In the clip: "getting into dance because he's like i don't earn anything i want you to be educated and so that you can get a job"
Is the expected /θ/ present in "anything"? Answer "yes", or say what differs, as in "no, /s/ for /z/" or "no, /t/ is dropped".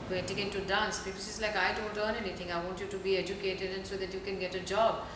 no, /t/ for /θ/